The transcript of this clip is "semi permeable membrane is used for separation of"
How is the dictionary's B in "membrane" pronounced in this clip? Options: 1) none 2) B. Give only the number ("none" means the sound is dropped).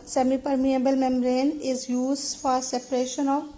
1